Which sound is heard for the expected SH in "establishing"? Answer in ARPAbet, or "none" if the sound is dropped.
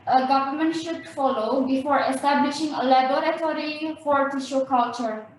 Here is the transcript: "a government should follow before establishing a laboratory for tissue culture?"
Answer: SH